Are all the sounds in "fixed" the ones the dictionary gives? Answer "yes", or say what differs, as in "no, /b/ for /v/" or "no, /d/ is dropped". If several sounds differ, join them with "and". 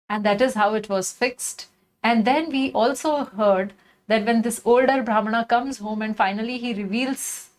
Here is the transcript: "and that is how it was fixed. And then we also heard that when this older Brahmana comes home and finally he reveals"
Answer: yes